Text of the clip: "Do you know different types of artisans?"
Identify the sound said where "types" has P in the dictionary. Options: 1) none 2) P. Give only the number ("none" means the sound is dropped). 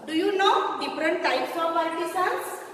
2